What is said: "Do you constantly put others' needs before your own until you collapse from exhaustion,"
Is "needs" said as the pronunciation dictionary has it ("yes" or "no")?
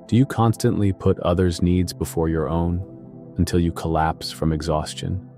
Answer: yes